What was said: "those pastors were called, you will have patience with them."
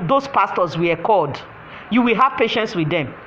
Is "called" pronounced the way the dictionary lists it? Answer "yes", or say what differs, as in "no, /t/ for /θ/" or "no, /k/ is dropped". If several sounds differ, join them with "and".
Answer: no, /l/ is dropped